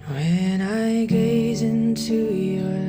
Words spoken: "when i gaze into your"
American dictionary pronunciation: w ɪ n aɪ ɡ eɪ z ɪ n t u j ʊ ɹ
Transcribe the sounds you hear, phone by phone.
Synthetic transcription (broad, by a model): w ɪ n aɪ ɡ eɪ z ɪ n t u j